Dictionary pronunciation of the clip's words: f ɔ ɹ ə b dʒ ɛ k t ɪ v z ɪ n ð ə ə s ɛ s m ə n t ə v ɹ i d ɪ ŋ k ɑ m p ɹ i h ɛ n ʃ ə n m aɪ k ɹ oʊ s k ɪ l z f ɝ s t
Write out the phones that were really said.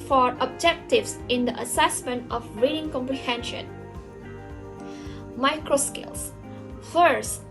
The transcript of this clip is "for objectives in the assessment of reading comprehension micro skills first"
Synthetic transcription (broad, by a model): f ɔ ɹ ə b dʒ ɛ k t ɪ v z ɪ n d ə ə s ɛ s m ə n t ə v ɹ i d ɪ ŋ k ɑ m p ɹ i h ɛ n ʃ ə n m aɪ k ɹ oʊ s k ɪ l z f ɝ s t